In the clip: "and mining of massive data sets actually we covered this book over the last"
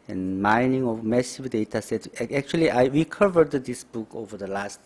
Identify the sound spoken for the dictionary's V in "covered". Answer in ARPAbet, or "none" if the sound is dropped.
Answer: V